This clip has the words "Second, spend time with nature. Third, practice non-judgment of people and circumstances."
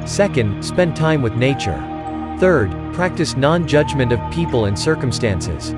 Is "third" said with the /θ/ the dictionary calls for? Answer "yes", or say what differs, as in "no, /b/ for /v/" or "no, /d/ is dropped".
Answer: yes